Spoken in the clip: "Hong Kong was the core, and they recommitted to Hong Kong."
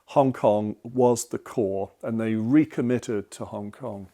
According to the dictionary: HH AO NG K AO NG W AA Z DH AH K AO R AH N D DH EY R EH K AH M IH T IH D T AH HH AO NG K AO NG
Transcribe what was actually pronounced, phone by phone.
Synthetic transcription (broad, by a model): HH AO NG K AO NG W AA Z DH AH K AO R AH N DH EY R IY K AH M IH T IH D T AH HH AO NG K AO NG